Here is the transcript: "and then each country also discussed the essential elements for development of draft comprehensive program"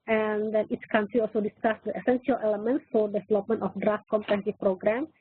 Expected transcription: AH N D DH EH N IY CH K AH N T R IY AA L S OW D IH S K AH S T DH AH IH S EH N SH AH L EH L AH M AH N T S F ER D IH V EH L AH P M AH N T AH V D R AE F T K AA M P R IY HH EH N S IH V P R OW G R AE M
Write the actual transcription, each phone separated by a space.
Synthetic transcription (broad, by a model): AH N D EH N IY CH K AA N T R IY AA L S OW D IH S K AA S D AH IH S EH N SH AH L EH L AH M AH N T S F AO D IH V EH L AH P M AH N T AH F D R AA F T K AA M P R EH S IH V P R OW G R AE M